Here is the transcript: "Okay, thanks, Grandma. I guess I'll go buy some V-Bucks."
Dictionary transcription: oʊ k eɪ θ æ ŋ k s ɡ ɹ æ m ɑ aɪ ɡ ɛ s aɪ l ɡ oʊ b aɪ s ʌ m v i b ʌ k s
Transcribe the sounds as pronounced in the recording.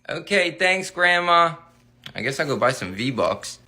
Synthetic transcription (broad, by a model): oʊ k eɪ θ æ ŋ k s ɡ ɹ æ m ɑ aɪ ɡ ɛ s aɪ ɡ oʊ b aɪ s ʌ m v i b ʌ k s